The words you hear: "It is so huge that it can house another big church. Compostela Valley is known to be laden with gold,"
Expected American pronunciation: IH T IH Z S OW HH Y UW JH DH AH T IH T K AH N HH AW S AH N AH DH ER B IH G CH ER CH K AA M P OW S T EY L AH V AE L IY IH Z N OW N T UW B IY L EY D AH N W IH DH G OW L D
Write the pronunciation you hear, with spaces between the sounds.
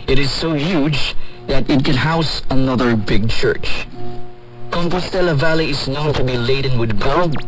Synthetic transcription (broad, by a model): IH T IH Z S OW HH Y UW JH DH AH T IH T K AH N HH AW S AH N AH DH ER B IH G CH ER CH K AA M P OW S T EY L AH V AE L IY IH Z N OW N T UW B IY L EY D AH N W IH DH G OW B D